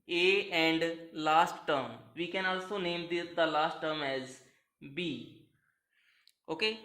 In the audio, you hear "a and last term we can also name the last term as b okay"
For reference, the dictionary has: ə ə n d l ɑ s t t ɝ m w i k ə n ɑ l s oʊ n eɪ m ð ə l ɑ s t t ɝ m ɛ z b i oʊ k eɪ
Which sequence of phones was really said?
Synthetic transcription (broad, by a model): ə ə n d l ɑ s t t ɝ m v i k ə n ɑ l s oʊ n eɪ m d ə l ɑ s t t ɝ m ɛ z b i oʊ k eɪ